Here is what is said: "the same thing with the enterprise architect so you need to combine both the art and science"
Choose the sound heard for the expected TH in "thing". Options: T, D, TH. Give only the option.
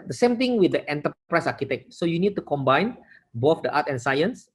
T